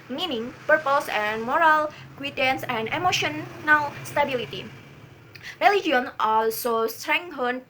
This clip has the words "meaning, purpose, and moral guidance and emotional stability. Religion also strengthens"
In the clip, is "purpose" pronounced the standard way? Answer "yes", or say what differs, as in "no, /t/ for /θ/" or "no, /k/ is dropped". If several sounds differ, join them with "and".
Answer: yes